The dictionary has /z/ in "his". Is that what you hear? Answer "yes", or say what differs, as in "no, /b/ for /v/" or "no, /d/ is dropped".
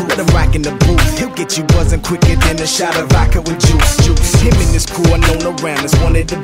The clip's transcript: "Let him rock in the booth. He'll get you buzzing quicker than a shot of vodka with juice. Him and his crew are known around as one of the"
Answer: no, /s/ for /z/